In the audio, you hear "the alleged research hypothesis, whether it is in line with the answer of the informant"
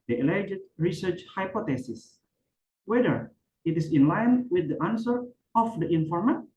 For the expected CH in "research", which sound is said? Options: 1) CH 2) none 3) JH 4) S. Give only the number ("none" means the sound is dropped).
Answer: 1